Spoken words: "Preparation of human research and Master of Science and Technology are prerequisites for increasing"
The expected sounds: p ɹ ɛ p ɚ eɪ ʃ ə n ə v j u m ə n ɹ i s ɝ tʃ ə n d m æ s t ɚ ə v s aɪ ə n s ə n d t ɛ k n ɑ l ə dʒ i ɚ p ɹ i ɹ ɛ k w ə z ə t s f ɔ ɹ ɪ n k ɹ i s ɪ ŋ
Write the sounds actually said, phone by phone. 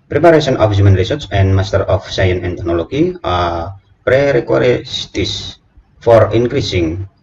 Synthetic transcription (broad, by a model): p ɹ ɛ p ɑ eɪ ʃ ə n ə f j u m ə n ɹ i s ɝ s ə n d m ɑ s t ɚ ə f s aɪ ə n ə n t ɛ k n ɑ l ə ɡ i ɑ p ɹ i ɹ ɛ k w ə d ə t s f ɔ ɹ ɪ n k ɹ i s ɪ ŋ